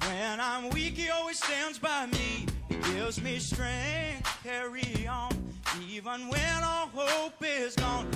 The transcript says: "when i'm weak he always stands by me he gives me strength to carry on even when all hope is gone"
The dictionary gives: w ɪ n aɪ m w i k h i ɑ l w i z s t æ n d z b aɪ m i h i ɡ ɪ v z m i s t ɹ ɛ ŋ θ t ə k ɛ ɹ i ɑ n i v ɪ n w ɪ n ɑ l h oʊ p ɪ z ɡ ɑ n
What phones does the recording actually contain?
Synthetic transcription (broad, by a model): w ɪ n aɪ m w i k h i ɑ l w i z s t æ n d z b aɪ m i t ɡ ɪ v z m i s t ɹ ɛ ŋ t k ɛ ɹ i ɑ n i v ɪ n w ɪ n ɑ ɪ h oʊ p ɪ z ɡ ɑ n